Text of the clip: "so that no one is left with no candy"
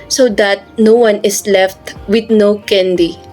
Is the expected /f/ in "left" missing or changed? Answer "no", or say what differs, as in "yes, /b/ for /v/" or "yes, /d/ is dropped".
no